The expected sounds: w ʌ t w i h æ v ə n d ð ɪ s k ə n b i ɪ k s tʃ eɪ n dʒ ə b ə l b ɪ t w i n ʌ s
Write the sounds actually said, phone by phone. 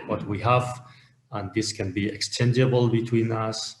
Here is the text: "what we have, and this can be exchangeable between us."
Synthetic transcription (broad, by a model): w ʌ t w i h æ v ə n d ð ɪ s k ə n b i ɪ k s tʃ eɪ n dʒ ə b ə l b ɪ t w i n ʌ s